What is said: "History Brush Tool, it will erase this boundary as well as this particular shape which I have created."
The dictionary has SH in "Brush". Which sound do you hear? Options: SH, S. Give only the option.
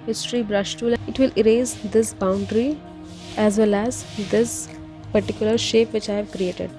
SH